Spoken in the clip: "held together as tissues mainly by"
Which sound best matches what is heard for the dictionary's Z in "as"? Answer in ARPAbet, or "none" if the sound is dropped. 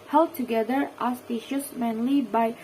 S